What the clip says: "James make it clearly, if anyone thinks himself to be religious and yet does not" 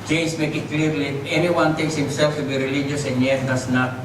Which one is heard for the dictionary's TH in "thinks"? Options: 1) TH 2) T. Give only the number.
2